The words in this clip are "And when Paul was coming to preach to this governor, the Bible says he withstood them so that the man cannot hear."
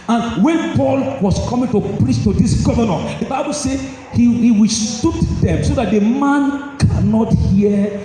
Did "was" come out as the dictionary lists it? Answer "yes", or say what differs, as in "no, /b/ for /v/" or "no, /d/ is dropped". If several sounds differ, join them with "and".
no, /s/ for /z/